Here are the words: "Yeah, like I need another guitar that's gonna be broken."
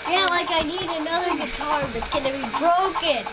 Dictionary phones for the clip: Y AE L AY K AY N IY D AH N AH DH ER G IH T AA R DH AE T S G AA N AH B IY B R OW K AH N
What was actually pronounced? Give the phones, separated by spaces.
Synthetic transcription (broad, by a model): Y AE L AY K AY N IY D AH N AH DH ER G IH T AA R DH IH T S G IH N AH B IY B R OW K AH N